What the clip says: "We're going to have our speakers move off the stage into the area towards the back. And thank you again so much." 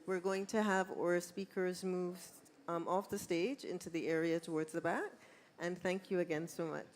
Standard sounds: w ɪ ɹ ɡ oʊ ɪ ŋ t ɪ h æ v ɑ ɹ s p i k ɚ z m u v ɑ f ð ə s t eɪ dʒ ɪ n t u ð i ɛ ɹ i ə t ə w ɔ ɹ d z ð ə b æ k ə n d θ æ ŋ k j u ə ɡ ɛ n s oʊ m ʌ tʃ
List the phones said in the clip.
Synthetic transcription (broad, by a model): w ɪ ɹ ɡ oʊ ɪ ŋ t ɪ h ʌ v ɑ ɹ s p i k ɚ z m u v ɑ f ð ə s t eɪ dʒ ɪ n t u ð i ɛ ɹ i ə t ə w ɔ ɹ d z ð ə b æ k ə n θ æ ŋ k j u ə ɡ ɛ n s oʊ m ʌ tʃ